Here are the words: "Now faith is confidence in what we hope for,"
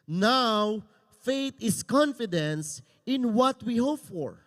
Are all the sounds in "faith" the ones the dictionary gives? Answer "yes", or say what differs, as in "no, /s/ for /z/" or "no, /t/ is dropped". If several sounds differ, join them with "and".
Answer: no, /t/ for /θ/